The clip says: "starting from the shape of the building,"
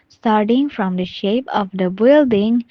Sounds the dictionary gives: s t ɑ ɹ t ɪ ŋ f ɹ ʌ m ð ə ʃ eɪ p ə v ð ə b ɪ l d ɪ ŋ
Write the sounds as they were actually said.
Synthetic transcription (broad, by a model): s t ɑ ɹ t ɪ ŋ f ɹ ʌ m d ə ʃ eɪ p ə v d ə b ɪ l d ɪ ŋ